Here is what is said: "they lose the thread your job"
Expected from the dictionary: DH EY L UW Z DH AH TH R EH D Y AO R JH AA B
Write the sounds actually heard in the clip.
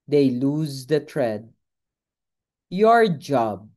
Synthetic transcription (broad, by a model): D EY L UW Z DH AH T R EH D Y AO R JH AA B